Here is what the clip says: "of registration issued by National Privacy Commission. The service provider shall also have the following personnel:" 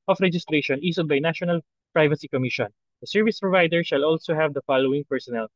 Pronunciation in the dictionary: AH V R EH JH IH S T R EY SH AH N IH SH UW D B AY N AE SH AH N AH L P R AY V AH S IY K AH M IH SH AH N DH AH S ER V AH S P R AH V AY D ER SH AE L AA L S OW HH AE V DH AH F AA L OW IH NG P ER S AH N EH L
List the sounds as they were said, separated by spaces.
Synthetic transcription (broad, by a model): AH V R EH JH IH S T R EY SH AH N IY S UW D B AY N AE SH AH N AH L P R AY V AH S IY K AH M IH SH AH N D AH S ER V AH S P R AH V AY D ER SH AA L AA L S OW HH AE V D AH F AA L OW IH NG P ER S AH N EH L